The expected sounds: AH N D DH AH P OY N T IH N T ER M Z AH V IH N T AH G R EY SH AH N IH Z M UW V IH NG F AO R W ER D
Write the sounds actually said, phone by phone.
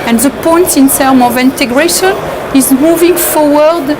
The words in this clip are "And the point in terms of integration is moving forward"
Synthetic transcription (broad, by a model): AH N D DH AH P OY N T IH N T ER M AH V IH N T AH G R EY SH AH N IH Z M UW V IH NG F AO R W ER D